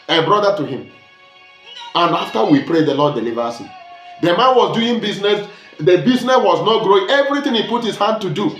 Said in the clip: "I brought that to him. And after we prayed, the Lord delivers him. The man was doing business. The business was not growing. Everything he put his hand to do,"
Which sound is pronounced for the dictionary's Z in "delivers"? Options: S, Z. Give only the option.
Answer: S